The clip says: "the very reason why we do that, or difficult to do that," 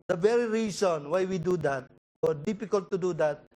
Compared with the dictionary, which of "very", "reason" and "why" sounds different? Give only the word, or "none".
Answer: reason